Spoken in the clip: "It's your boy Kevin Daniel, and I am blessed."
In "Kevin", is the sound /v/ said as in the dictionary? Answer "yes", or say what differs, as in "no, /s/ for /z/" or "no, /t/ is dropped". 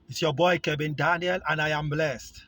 no, /b/ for /v/